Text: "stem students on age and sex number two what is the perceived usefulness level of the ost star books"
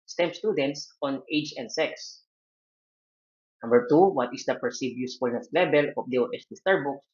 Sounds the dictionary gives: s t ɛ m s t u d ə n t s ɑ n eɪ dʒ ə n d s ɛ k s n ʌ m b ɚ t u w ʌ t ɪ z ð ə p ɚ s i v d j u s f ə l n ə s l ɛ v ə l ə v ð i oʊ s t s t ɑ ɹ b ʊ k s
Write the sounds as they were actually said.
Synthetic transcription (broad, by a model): s t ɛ m s t u d ə n t s ɑ n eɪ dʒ ə n d s ɛ k s n ʌ m b ɚ t u w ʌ t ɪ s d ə p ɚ s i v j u s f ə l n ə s l ɛ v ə l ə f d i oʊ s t s t ɑ ɹ b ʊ k s